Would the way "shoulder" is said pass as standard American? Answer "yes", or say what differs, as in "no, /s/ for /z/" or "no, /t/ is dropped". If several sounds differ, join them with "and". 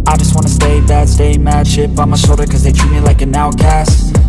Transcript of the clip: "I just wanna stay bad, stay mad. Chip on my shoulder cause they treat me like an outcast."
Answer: no, /l/ is dropped